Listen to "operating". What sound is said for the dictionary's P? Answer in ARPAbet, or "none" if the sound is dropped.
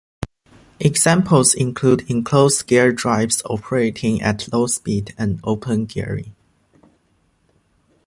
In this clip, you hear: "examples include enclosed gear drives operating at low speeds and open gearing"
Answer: P